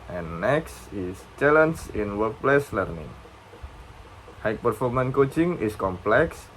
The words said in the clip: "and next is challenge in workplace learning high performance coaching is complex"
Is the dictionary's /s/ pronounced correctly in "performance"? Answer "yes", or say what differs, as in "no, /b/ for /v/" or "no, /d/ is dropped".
no, /s/ is dropped